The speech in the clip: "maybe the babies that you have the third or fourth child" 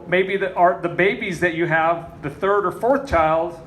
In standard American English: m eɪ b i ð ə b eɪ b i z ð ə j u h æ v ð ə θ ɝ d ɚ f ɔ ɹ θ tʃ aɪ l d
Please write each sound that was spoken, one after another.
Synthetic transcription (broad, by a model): m eɪ b i ð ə b eɪ b i z ð ə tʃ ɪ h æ v ð ə θ ɝ d ɚ f ɔ ɹ θ tʃ aɪ l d